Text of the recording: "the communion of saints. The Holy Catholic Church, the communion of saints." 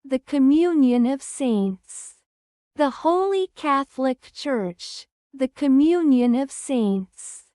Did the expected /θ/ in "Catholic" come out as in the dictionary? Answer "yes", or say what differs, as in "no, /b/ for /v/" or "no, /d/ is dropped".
yes